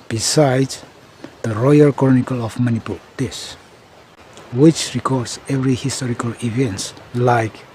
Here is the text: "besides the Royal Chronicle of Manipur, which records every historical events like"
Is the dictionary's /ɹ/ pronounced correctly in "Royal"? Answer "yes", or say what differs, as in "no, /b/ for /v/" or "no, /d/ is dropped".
yes